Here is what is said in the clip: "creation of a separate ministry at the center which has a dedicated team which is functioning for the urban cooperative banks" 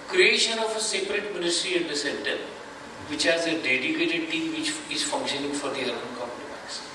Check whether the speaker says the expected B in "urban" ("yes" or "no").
no